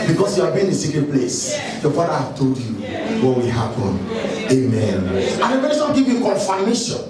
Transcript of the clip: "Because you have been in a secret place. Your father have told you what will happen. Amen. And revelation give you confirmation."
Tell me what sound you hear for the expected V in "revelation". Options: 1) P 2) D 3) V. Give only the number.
1